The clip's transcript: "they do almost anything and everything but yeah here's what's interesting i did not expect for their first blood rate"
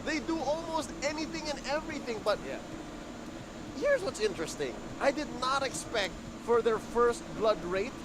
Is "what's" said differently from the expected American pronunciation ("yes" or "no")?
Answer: no